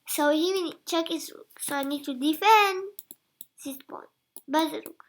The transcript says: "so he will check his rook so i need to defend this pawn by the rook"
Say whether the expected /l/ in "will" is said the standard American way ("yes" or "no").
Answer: no